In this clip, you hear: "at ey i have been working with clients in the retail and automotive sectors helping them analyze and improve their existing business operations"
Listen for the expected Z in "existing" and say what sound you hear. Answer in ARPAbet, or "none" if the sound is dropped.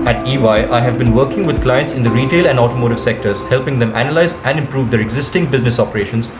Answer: Z